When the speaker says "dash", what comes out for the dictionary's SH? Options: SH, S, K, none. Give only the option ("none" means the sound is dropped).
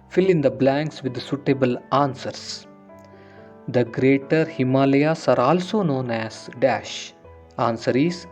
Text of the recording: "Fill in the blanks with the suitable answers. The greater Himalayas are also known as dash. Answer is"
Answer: SH